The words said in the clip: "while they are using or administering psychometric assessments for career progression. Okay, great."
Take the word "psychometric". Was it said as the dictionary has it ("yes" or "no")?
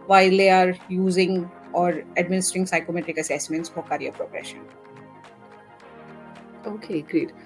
yes